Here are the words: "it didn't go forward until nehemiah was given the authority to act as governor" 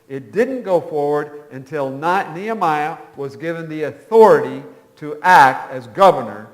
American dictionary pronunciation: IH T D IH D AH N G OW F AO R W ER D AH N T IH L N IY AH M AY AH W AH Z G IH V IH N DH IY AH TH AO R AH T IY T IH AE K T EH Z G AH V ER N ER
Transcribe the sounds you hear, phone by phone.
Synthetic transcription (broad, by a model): IH T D IH D N G OW F AO R W ER D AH N T IH L N IY AH M AY AH W AH Z G IH V IH N DH IY AH TH AO R AH T IY T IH AE K T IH Z G AH V ER N ER